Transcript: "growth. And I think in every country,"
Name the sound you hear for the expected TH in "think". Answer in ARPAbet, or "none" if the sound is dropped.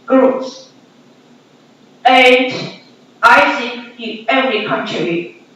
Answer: S